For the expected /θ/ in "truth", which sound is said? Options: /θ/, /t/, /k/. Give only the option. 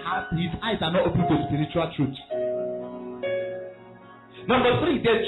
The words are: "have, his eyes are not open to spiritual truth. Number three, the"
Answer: /t/